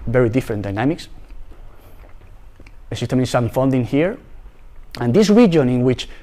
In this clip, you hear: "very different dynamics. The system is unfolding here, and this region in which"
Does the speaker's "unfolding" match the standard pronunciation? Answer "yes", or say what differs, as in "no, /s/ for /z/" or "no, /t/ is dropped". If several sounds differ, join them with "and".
no, /n/ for /l/